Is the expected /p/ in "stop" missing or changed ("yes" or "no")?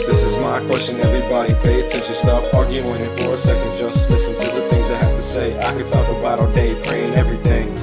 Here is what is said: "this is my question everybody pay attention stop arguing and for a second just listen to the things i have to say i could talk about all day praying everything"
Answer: yes